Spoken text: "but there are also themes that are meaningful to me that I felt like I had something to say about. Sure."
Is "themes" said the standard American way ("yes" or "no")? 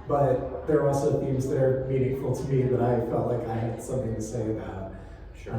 yes